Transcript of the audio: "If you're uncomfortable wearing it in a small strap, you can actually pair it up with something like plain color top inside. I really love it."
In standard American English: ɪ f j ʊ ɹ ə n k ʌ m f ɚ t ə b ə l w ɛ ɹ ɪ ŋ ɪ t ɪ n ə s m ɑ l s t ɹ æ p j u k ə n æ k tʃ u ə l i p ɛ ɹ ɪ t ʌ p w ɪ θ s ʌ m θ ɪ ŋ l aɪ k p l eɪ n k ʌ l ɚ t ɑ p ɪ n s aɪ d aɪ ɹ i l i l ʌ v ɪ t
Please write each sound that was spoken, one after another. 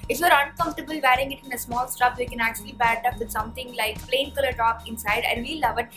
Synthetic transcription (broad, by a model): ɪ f j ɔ ɹ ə n k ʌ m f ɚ t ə b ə l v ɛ ɹ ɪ ŋ ɪ t ɪ n ə s m ɑ l s t ɹ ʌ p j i k ə n æ k tʃ u ə l i b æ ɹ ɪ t ʌ p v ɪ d s ʌ m t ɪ ŋ l aɪ k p l eɪ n k ʌ l ɚ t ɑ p ɪ n s aɪ d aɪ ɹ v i l ʌ v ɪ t